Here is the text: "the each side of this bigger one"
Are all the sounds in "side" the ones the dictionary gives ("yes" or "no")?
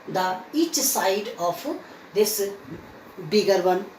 yes